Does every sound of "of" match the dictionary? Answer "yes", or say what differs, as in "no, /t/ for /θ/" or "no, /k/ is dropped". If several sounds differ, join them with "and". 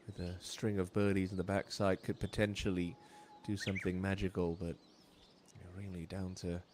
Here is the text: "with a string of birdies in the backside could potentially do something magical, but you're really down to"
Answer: yes